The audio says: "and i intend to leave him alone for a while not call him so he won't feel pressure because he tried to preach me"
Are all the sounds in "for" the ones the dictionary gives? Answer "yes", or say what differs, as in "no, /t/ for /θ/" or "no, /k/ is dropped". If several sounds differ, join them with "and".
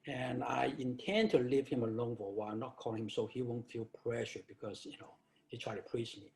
no, /w/ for /ɹ/